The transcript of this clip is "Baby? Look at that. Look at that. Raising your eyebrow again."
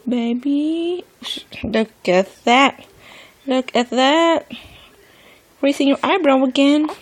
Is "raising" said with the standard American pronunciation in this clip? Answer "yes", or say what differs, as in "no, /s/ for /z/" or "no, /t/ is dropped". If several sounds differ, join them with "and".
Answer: no, /s/ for /z/